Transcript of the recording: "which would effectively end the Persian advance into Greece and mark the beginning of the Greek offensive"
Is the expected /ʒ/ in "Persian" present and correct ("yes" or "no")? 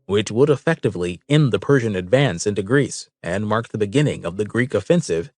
yes